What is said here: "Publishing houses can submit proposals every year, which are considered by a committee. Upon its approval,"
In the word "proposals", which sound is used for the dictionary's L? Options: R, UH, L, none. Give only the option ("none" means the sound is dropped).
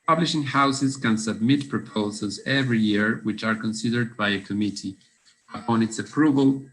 L